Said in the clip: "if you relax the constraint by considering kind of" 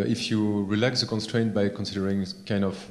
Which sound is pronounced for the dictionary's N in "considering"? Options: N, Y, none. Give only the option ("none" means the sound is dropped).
N